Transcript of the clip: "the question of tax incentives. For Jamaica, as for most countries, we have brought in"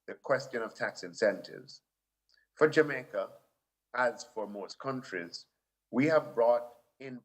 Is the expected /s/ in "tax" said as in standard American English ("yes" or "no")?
yes